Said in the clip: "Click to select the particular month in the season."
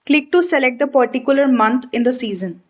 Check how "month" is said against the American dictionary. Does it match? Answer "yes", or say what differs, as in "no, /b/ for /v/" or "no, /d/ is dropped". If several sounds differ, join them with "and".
no, /t/ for /θ/